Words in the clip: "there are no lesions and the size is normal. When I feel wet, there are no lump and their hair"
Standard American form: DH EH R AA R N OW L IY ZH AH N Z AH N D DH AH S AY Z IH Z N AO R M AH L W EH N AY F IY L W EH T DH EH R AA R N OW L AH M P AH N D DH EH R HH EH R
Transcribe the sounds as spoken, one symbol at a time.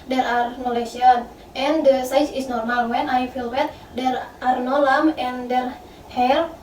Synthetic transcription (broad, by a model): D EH R AA R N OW L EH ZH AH N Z AH N D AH S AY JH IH S N AO R M AH L W EH N AY F IY L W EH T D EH R AA R N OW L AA M AH N D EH R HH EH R